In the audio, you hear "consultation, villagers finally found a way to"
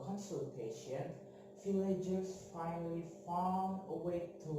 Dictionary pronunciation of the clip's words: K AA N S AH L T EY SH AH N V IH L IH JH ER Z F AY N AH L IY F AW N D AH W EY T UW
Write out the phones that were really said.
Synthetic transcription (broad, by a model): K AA N S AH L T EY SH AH N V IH L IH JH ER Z F AY N AH L IY F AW AH W EY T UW